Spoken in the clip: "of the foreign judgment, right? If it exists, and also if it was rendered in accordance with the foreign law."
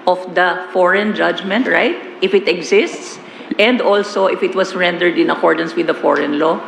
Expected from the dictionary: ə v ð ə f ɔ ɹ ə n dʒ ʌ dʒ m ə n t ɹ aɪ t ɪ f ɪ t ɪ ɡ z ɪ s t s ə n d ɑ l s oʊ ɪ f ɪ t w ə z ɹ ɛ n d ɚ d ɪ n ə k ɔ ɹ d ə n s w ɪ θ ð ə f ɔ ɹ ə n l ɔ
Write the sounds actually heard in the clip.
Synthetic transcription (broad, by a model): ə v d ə f ɔ ɹ ə n dʒ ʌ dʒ m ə n t ɹ aɪ t ɪ f ɪ t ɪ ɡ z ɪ s t s ə n d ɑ l s oʊ ɪ f ɪ t w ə s ɹ ɛ n d ɚ d ɪ n ə k ɔ ɹ d ə n s w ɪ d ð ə f ɔ ɹ ə n l ɔ